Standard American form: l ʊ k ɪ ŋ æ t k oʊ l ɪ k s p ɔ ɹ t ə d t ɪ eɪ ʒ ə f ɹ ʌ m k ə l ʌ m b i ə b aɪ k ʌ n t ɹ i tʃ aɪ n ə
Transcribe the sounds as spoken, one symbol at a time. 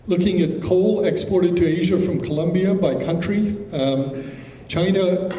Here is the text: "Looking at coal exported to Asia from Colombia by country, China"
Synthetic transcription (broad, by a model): l ʊ k ɪ ŋ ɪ t k oʊ l ɪ k s p ɔ ɹ t ə d t ɪ eɪ ʒ ə f ɹ ʌ m k ə l ʌ m b i ə b aɪ k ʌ n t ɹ i tʃ aɪ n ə